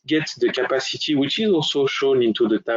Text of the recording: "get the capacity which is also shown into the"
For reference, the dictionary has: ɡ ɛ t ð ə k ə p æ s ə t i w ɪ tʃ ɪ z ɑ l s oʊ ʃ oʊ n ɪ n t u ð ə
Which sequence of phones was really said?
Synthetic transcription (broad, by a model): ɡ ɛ t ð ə k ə p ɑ s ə t i w ɪ tʃ ɪ z ɑ l s oʊ ʃ oʊ n ɪ n t u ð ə